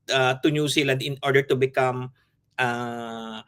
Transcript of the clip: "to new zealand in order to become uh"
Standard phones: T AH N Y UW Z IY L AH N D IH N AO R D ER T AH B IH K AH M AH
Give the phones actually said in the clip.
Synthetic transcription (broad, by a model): T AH N Y UW S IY L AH N D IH N AO R D ER T AH B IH K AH M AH